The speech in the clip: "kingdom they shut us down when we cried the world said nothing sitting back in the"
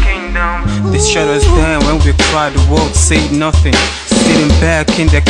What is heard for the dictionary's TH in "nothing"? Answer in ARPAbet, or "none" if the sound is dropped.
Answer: TH